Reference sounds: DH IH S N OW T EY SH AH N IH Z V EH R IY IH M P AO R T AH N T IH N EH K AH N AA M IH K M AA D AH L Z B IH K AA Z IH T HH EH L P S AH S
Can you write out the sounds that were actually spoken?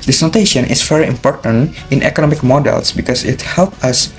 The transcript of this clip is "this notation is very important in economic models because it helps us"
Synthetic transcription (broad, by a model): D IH S N OW T EY SH AH N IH S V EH R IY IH M P AO R T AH N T IH N EH K AH N AA M IH K M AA D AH L S B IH K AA S IH T HH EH L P AH S